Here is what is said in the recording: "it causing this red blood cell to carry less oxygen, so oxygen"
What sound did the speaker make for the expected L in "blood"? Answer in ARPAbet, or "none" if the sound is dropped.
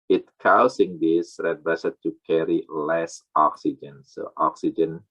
none